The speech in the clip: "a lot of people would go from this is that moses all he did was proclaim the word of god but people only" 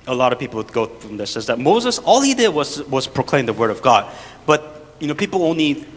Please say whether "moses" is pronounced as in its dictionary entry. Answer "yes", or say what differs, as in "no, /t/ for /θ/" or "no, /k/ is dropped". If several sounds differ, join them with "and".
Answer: yes